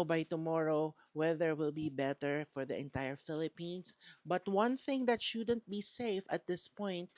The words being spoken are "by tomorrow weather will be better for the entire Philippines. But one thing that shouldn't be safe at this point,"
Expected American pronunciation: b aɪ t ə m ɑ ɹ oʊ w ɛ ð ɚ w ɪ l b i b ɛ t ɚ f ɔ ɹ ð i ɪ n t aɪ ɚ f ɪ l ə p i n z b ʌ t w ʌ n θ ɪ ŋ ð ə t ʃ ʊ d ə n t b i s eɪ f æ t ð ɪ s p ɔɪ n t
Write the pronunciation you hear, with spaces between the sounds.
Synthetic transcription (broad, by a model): b aɪ t ə m ɑ ɹ oʊ w ɛ ð ɚ w ɪ l b i b ɛ t ɚ f ɔ ɹ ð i ɪ n t aɪ ɚ f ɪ l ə p i n s b ʌ t w ʌ n θ ɪ ŋ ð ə t ʃ ʊ d ə n t b i s eɪ f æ t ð ɪ s p ɔɪ n t